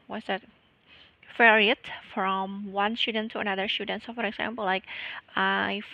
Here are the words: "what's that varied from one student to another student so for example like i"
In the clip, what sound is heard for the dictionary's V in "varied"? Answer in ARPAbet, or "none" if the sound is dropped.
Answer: F